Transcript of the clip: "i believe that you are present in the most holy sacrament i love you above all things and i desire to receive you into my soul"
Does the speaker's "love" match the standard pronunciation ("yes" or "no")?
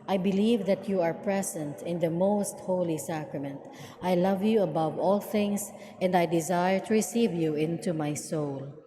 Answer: yes